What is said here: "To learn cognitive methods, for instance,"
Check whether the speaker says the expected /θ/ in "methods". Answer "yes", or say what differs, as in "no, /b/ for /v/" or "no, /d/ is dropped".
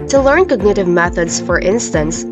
yes